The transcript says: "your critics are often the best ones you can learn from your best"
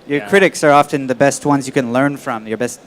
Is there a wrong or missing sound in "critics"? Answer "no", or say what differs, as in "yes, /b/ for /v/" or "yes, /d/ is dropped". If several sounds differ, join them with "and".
no